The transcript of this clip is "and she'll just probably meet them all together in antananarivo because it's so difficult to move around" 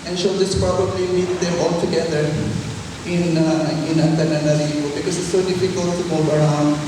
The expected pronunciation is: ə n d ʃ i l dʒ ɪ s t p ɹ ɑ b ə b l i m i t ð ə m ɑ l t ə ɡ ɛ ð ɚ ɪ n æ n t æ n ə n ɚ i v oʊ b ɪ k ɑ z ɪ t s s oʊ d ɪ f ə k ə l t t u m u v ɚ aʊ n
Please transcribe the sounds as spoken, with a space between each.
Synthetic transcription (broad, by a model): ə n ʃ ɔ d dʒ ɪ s p ɹ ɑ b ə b l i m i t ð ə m ɑ l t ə ɡ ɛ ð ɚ ɪ n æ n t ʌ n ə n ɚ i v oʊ b ɪ k ɑ z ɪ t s s oʊ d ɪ f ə k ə l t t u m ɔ b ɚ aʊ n